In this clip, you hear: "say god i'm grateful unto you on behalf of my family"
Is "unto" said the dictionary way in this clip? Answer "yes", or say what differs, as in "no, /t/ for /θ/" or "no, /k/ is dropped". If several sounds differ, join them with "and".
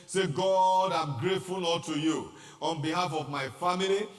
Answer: no, /l/ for /n/